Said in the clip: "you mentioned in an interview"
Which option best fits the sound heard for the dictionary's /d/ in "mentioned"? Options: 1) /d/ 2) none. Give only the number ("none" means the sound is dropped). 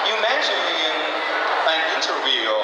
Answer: 2